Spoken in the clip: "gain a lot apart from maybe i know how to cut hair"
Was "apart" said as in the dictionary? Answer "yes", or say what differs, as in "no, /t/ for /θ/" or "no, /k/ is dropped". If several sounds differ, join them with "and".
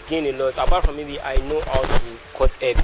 no, /b/ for /p/